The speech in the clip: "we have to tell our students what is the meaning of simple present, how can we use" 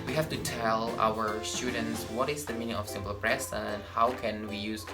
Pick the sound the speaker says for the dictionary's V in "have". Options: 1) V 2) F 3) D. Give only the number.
2